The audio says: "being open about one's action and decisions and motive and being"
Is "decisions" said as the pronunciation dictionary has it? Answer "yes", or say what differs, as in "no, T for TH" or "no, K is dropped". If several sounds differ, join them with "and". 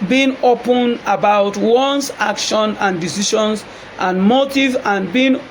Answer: no, SH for ZH